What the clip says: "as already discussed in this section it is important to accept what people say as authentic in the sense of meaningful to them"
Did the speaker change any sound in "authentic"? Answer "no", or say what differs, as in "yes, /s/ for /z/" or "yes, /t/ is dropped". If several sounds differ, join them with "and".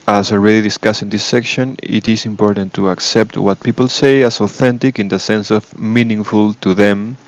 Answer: no